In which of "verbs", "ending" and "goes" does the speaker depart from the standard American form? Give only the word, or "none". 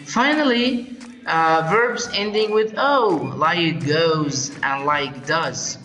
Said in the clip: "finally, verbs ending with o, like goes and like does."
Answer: none